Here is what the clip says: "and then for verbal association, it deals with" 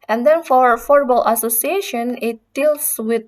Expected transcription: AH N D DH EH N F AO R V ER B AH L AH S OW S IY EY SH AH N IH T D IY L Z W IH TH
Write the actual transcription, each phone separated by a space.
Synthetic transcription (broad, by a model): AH N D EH N F AO R F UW B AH L AH S OW S IY EY SH AH N IH T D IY L S W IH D